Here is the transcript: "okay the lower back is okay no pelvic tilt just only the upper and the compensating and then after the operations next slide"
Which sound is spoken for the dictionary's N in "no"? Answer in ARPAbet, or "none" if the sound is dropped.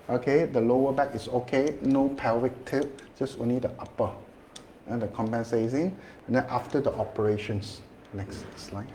N